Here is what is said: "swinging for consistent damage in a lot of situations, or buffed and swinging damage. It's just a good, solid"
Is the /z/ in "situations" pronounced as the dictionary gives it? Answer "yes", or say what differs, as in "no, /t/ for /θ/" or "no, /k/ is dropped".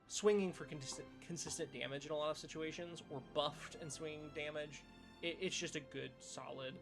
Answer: yes